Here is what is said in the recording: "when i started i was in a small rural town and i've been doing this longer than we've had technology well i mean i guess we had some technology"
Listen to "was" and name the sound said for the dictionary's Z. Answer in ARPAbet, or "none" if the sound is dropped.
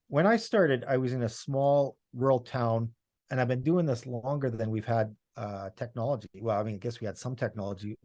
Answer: Z